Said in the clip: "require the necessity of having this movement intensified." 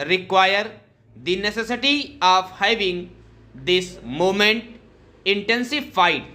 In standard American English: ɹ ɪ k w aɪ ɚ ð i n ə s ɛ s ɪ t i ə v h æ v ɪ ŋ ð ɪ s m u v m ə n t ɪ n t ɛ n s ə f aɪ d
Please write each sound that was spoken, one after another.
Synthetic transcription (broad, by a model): ɹ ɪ k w aɪ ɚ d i n ə s ɛ s ɪ t i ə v h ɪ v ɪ ŋ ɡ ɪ s m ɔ m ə n t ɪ n t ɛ n s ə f aɪ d